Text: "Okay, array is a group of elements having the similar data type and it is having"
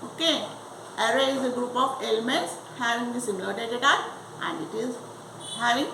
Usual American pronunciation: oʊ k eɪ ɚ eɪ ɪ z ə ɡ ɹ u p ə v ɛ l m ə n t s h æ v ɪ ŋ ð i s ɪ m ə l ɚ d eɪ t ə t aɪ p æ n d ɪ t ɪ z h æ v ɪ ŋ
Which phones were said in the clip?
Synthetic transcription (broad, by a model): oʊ k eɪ ɚ eɪ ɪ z ə ɡ ɹ u p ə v ɛ l m ə n t s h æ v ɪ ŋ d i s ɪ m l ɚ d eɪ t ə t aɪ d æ n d ɪ t ɪ z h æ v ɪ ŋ